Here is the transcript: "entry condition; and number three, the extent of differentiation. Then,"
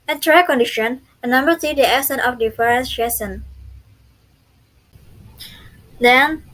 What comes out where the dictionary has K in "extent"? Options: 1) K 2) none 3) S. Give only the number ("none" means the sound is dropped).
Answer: 2